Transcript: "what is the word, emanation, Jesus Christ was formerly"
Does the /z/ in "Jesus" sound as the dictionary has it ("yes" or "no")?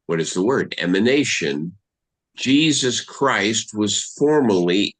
yes